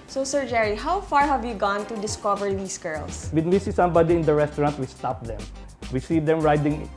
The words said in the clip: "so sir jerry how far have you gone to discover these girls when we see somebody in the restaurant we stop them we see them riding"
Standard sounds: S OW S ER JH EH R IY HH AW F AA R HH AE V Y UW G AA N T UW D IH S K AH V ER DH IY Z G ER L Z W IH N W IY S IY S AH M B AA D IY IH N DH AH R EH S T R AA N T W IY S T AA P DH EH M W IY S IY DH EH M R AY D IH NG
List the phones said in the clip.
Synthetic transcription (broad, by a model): S OW S ER JH EH R IY HH AW F AA R HH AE V Y UW G AA N T UW D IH S K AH V ER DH IY S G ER L S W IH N W IY S IY S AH M B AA D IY IH N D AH R EH S T R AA N T W IY S T AA P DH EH M W IY S IY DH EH M R AY D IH NG